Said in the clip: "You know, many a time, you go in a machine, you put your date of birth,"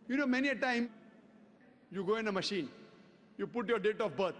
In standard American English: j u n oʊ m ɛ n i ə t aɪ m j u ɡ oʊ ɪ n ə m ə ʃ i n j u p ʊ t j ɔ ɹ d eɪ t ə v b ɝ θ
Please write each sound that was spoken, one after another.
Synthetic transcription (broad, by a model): j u n oʊ m ɛ n i ə t aɪ m j u ɡ oʊ ɪ n ə m ə ʃ i n j u p ʊ t j ɔ ɹ d eɪ t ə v b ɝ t